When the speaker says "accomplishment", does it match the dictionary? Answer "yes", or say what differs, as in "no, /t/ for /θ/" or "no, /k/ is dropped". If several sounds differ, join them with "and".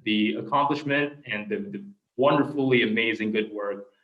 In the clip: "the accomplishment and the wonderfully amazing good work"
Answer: yes